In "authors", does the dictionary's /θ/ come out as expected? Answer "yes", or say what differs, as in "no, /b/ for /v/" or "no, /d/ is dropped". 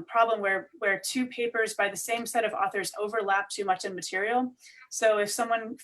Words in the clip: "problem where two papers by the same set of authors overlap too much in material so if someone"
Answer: yes